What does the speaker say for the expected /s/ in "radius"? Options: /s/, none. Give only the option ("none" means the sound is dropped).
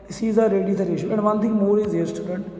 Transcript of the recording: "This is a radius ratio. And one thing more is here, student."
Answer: none